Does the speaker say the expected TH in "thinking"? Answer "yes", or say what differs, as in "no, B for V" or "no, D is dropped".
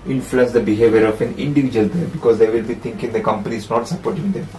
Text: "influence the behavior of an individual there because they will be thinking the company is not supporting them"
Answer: no, T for TH